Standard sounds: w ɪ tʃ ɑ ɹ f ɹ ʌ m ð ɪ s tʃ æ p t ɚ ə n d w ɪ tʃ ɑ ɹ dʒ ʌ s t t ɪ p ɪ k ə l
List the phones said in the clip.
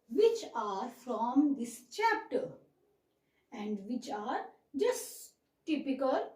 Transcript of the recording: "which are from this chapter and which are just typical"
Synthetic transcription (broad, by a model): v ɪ tʃ ɑ ɹ f ɹ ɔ m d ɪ s tʃ æ p t ɚ ə n d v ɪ tʃ ɑ ɹ dʒ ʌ s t t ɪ p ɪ k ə l